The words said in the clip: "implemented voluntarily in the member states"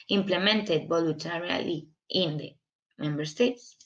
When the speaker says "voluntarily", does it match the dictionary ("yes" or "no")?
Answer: no